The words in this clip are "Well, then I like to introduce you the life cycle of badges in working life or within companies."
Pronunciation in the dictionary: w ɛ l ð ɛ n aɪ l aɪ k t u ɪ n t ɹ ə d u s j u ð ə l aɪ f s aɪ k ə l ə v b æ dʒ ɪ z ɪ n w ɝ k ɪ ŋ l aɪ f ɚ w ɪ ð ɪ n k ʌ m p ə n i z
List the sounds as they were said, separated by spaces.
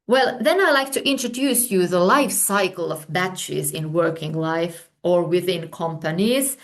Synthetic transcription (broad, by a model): w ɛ l ð ɛ n aɪ l aɪ k t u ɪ n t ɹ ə d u s j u ð ə l aɪ f s aɪ k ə l ə v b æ tʃ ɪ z ɪ n w ɝ k ɪ ŋ l aɪ f ɚ w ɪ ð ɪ n k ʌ m p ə n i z